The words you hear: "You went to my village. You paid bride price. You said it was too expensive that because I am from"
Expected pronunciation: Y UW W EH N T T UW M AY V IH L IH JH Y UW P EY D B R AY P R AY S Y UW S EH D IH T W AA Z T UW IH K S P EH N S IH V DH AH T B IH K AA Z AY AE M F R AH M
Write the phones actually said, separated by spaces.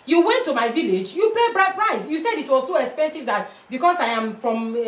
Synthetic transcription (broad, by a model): Y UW W EH N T T UW M AY V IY L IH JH Y UW P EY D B R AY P R AY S Y UW S EH D IH T W AA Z S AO IH K S P EH N S IH V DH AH T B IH K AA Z AY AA M F R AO M